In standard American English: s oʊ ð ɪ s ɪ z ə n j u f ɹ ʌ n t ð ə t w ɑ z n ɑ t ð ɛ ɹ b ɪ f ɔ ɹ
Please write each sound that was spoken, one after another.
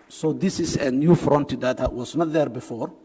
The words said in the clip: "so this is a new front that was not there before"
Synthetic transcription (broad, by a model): s oʊ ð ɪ s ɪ s ə n j u f ɹ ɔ n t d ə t w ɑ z n ɑ t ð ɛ ɹ b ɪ f ɔ ɹ